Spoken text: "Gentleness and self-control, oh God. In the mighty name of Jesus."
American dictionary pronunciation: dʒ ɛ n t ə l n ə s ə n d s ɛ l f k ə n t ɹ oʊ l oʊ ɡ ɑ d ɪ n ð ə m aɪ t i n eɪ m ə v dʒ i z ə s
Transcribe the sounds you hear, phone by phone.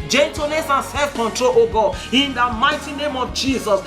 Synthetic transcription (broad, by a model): dʒ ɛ n t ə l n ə s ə n s ɛ l f k ə n t ɹ oʊ l oʊ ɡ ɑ ɪ n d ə m aɪ t i n eɪ m ə v dʒ i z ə s